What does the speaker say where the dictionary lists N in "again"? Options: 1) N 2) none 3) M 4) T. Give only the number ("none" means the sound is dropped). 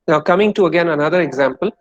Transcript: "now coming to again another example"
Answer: 1